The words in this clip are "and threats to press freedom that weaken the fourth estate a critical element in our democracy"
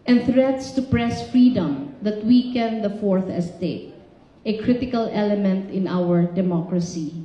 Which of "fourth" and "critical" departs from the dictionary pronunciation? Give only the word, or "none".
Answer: none